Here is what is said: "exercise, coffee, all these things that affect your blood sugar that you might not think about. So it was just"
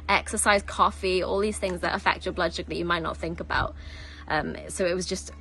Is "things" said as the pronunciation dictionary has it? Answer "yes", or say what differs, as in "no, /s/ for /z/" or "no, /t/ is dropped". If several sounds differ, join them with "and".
yes